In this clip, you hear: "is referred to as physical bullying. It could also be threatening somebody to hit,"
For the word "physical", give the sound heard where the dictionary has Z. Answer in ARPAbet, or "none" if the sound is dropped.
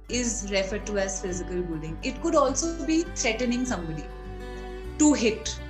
Z